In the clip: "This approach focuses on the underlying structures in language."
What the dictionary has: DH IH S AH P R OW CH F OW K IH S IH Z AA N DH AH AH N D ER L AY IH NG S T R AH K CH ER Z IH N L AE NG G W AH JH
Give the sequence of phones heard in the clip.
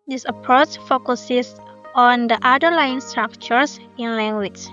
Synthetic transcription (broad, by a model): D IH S AH P R OW CH F OW K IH S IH S AA N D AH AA D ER L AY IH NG S T R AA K CH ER S IH N L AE NG G W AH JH